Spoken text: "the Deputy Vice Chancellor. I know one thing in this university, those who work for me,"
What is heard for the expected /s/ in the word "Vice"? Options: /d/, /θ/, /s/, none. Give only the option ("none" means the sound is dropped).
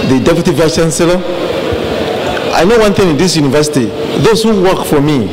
none